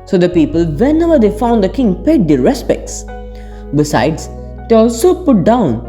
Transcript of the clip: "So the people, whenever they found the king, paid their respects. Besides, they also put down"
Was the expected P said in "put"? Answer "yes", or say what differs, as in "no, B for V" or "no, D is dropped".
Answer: yes